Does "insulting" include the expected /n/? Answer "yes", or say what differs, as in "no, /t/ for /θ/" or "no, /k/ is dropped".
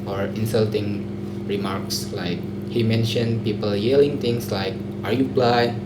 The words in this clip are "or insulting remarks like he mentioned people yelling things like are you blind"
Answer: yes